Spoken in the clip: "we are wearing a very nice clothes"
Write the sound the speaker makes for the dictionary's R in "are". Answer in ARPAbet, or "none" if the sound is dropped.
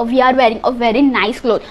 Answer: R